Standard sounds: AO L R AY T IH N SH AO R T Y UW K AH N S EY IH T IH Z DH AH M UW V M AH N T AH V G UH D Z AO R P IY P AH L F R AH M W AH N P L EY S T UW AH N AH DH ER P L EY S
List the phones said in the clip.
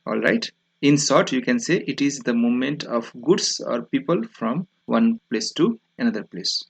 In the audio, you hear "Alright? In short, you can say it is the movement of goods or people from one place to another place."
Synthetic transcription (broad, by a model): AO L R AY T IH N S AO R T Y UW K AH N S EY IH T IH Z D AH M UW M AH N T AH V G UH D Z AO R P IY P AH L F R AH M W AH N P L EY S T UW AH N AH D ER P L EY S